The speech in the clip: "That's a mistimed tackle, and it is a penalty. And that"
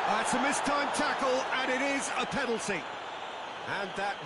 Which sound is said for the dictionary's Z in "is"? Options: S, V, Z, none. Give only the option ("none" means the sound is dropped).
Z